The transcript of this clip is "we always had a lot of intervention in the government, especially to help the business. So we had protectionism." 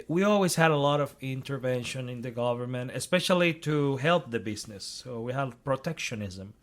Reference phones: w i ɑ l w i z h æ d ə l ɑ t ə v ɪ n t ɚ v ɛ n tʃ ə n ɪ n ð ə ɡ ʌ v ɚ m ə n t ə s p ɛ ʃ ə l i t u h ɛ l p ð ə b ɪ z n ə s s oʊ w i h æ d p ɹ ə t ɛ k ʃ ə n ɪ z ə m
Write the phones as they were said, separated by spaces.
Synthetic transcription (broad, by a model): w i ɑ l w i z h æ d ə l ɑ t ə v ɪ n t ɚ v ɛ n ʃ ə n ɪ n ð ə ɡ ʌ v ɚ m ə n t ə s p ɛ ʃ ə l i t u h ɛ l p ð ə b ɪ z n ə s s oʊ w i h æ d p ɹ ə t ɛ k ʃ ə n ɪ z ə m